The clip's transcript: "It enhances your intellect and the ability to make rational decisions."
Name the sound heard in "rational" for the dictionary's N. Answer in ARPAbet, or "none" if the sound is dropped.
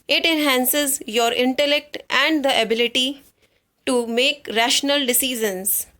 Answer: N